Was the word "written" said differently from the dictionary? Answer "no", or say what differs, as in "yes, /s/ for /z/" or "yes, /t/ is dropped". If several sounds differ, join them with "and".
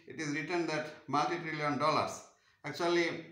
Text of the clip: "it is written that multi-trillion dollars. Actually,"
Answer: no